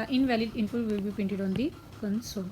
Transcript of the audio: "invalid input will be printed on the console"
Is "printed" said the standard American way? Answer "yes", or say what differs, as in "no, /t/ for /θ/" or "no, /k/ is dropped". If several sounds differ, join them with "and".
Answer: no, /ɹ/ is dropped